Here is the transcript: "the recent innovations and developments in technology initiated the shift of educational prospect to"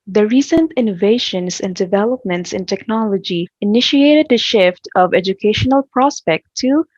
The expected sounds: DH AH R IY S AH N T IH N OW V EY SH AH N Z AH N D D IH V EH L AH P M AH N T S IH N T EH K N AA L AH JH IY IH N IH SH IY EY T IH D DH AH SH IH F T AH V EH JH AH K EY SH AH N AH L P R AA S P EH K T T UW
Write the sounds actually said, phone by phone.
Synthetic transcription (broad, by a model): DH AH R IY S AH N T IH N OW V EY SH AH N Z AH N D D IH V EH L AH P M AH N T S IH N T EH K N AA L AH JH IY IH N IH SH IY EY T IH D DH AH SH IH F T AH V EH JH AH K EY SH AH N AH L P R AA S P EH K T T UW